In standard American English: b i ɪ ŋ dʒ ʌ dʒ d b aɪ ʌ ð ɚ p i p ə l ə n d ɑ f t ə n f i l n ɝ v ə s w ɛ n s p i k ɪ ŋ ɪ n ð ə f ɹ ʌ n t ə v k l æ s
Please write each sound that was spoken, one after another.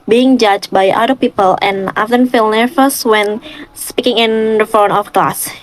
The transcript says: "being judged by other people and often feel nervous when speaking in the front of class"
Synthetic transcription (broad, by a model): b i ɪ ŋ dʒ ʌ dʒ b aɪ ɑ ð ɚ p i p ə l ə n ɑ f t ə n f i l n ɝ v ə s w ɛ n s p i k ɪ ŋ ɪ n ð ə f ɔ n ə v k l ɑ s